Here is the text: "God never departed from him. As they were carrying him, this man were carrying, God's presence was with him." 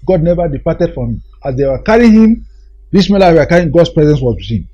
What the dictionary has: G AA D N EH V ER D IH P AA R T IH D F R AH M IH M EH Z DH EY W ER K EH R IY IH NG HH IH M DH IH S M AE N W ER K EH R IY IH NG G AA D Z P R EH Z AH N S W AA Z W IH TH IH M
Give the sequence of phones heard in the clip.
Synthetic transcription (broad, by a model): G AA D N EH V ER D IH P AA T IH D F R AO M IH M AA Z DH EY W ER K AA R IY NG HH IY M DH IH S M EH L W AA K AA R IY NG G AA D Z P R EH Z AH N S W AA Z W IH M